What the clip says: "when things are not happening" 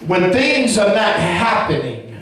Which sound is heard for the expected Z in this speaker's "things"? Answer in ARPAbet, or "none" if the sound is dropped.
Z